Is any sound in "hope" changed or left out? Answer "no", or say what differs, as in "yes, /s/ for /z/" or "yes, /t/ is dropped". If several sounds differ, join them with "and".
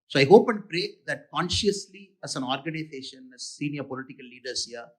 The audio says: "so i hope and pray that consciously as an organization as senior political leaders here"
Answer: no